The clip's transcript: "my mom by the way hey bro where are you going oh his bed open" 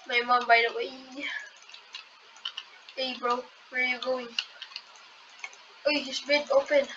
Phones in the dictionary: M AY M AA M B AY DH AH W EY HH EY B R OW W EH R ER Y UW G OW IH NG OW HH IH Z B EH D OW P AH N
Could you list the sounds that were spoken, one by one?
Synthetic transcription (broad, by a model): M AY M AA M B AY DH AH W EY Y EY B R OW W EH R Y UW G OW IH NG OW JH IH S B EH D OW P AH N